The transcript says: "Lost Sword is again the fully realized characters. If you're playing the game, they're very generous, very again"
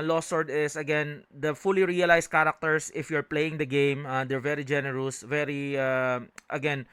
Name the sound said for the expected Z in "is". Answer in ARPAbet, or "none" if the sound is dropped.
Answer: S